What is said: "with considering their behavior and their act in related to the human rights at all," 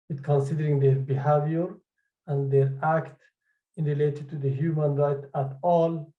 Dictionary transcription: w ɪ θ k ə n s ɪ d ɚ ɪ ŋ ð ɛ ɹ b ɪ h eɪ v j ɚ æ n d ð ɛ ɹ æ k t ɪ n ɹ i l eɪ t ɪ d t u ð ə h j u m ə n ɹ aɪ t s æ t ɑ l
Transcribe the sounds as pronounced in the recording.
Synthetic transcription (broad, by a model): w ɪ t k ə n s ɪ d ɚ ɪ ŋ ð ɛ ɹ b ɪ h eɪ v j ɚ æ n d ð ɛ ɹ æ k t ɪ n ɹ i l eɪ t ɪ d t u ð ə h j u m ə n ɹ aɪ t æ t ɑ l